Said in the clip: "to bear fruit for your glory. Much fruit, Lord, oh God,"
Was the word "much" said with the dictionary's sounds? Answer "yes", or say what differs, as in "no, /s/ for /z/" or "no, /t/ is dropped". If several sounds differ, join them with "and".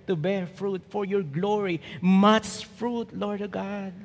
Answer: no, /s/ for /tʃ/